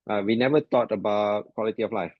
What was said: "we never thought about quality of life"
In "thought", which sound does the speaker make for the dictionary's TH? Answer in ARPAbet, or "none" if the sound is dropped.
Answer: T